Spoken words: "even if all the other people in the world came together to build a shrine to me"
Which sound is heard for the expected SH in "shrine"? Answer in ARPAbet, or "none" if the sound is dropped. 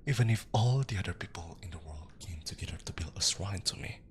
S